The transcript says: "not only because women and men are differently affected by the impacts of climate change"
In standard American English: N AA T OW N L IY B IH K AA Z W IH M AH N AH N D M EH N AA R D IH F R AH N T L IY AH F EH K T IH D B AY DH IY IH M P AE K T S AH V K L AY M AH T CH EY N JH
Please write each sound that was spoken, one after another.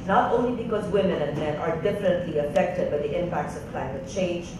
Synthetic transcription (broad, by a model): N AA T OW N L IY B IH K AA Z W IH M AH N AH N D M EH N AA R D IH F R AH N T L IY AH F EH K T IH D B AY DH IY IH M P AE K T S AH V K L AY M AH T CH EY N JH